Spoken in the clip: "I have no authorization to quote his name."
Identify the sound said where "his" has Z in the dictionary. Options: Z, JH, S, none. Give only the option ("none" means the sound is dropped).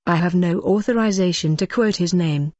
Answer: Z